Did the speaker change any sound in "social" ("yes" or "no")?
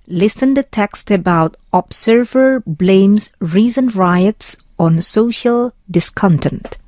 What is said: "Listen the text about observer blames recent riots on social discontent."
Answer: no